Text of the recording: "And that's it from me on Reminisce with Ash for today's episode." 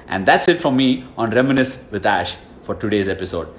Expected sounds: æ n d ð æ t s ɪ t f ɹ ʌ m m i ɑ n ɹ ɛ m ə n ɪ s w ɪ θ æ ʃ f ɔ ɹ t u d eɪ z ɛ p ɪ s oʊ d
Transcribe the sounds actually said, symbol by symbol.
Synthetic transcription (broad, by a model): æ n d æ t s ɪ t f ɹ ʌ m m i ɑ n ɹ ɛ m ə n ɪ s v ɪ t æ ʃ f ɔ ɹ t u d eɪ z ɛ p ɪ s oʊ d